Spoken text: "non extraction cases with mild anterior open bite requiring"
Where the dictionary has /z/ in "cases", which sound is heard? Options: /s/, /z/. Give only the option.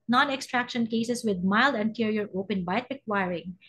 /s/